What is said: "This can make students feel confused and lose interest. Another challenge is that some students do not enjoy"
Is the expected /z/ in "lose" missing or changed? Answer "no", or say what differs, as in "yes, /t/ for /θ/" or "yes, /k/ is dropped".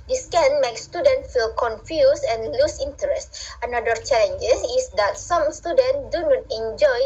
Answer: yes, /s/ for /z/